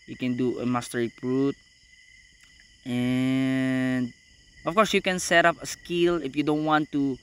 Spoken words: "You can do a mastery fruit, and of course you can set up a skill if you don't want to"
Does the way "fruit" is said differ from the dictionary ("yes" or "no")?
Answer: yes